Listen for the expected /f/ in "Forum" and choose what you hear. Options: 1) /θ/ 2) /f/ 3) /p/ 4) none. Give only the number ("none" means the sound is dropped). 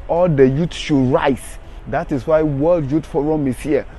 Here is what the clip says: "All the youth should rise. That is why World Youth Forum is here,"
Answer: 2